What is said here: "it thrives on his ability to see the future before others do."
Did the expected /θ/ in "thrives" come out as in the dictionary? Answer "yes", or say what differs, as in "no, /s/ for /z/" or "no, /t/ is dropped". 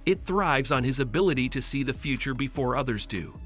yes